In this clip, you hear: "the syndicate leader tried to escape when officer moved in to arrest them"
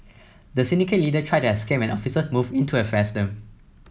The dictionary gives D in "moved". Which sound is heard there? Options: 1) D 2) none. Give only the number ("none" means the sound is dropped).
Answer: 2